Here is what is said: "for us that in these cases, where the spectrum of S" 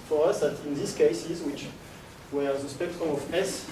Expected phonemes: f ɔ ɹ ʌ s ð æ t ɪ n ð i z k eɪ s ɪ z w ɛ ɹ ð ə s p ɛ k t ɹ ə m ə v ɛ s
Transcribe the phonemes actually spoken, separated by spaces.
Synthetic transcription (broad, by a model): f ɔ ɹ ʌ s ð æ t ɪ n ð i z k eɪ s ɪ z w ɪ w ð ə s p ɛ k t ɹ ə m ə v ɛ s